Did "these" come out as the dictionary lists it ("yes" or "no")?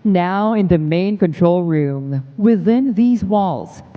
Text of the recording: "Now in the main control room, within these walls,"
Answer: yes